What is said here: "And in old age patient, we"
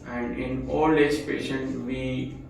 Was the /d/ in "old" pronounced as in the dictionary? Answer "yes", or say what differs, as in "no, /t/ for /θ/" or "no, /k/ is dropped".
no, /d/ is dropped